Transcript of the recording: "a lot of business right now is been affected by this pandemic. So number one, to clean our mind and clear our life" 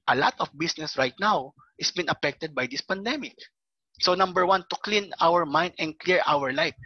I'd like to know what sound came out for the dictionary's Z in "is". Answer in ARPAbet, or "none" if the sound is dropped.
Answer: S